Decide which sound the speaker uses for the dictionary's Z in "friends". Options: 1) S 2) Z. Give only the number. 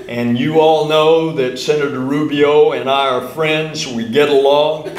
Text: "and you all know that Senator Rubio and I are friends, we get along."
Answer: 2